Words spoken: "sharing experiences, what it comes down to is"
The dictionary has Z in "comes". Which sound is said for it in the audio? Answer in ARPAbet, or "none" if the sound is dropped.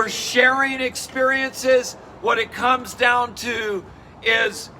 Z